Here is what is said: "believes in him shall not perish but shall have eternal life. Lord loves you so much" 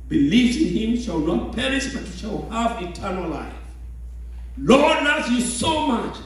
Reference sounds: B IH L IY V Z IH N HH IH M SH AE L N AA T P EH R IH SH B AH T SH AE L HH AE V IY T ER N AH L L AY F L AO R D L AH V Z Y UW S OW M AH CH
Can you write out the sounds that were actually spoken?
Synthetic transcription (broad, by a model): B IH L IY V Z IH N HH IH M SH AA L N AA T P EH R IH S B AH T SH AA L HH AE V IY T ER N AH L L AY F L AO R D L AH Z Y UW S OW M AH CH